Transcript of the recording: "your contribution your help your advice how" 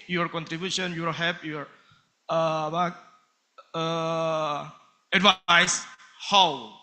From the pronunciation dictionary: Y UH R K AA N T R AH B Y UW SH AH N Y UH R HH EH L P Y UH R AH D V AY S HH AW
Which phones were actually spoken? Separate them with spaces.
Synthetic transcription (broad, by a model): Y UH R K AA N T R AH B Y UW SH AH N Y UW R HH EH P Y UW R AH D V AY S HH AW